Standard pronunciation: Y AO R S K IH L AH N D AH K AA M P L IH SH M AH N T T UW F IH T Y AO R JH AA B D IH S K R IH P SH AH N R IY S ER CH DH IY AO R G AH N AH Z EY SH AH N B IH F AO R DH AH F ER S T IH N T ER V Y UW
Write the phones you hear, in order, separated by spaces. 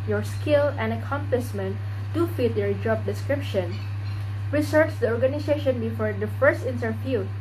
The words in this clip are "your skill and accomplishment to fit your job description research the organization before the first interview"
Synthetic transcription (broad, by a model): Y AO R S K IH L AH N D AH K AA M P L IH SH M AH N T T UW F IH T Y AO R JH AA B D IH S K R IH P SH AH N R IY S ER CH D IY AO R G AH N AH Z EY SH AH N B IH F AO R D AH F ER S T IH N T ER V Y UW